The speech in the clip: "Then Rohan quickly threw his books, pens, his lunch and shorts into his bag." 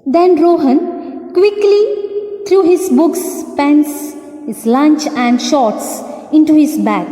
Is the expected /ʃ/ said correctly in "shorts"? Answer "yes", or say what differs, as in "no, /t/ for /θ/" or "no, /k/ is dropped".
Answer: yes